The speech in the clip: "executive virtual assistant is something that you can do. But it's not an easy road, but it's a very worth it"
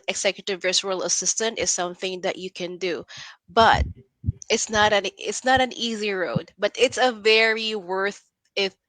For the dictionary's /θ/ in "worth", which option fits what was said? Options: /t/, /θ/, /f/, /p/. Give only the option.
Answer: /θ/